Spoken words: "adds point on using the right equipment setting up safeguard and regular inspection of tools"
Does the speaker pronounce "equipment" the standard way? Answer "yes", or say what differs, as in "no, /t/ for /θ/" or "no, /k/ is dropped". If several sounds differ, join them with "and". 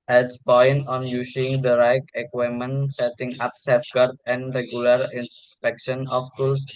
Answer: no, /p/ is dropped